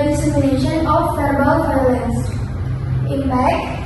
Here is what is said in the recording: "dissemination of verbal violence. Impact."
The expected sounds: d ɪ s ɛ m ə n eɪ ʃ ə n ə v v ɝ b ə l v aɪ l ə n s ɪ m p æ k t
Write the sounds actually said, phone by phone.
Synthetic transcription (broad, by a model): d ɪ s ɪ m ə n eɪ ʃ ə n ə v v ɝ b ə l f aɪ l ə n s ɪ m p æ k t